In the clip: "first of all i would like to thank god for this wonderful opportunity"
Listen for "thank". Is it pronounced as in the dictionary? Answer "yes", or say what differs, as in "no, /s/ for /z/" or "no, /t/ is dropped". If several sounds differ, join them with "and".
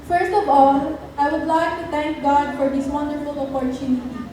no, /t/ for /θ/